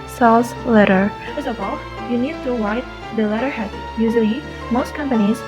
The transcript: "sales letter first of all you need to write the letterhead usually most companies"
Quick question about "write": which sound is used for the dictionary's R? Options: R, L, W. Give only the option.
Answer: W